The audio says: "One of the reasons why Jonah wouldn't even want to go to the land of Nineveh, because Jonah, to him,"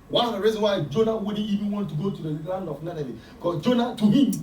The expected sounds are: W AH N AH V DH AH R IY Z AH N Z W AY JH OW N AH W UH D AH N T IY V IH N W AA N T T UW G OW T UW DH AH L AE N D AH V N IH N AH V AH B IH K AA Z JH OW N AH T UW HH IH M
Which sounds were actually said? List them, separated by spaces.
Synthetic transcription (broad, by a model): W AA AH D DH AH R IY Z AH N W AY JH OW N AH W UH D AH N IY V IH N W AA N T T UW G OW T UW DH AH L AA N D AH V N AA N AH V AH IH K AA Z JH OW N AH T UW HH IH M